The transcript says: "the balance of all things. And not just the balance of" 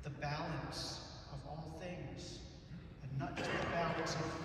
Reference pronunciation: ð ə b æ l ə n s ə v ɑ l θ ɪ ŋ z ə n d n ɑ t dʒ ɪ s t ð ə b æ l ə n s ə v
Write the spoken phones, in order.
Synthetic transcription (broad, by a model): ð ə b æ l ə n s ə v ɑ l θ ɪ ŋ z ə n n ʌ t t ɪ ð ə b æ l ə n s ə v